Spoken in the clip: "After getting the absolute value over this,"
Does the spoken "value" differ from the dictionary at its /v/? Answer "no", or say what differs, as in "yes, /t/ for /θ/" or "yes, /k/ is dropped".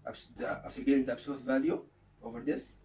no